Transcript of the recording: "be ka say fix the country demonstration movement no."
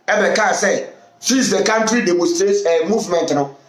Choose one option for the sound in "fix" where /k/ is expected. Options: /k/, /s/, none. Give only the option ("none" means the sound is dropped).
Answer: none